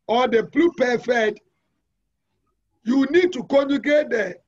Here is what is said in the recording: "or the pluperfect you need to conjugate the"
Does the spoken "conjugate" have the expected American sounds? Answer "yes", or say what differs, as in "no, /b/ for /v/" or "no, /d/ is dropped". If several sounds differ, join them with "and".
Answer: no, /dʒ/ is dropped